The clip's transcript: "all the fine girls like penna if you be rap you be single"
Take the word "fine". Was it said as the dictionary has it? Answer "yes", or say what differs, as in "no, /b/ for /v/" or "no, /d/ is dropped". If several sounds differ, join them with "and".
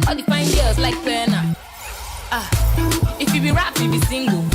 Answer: no, /p/ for /f/